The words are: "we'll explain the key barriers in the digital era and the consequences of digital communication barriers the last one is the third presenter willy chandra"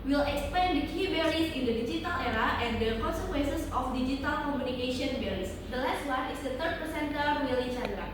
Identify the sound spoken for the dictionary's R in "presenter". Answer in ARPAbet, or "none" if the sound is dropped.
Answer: none